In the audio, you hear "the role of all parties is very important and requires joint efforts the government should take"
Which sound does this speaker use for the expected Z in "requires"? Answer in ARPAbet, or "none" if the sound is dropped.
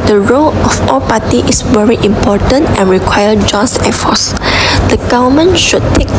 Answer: none